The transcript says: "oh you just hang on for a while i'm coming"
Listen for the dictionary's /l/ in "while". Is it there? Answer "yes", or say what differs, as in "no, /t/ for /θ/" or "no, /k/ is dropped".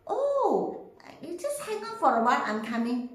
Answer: no, /n/ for /l/